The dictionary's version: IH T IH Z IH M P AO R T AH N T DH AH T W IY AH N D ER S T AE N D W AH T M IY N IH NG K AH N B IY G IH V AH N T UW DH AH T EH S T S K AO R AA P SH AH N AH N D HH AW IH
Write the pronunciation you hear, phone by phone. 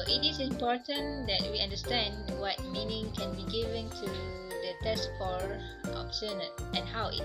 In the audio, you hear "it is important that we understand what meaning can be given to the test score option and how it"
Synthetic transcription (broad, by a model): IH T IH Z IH M P AO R T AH N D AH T W IY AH N D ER S T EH N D W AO T M IY N IH NG K AH N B IY G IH V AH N T UW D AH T EH S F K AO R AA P S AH N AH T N HH AW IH